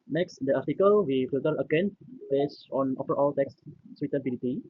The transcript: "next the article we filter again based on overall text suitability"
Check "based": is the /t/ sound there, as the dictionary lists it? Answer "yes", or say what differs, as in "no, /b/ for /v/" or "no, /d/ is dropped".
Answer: no, /t/ is dropped